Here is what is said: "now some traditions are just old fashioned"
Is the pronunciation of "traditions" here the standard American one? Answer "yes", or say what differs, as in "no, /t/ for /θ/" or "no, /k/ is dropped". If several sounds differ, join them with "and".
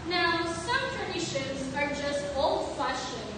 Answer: yes